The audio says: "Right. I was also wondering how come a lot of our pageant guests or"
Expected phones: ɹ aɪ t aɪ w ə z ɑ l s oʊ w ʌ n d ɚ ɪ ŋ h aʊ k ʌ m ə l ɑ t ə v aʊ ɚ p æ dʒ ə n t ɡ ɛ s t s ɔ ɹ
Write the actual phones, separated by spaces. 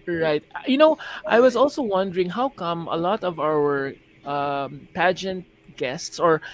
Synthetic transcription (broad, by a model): ɹ aɪ t aɪ w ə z ɑ l s oʊ w ʌ n d ɚ ɪ ŋ h aʊ k ʌ m ə l ɑ t ə v aʊ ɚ p æ dʒ ə n t ɡ ɛ s t s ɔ ɹ